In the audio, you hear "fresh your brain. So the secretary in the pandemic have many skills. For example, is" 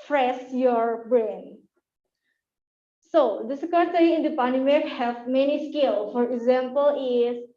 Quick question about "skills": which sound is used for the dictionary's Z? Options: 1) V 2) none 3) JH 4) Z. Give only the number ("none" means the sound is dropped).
2